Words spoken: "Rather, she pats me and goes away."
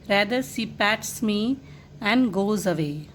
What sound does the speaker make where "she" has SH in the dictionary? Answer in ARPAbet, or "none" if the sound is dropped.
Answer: S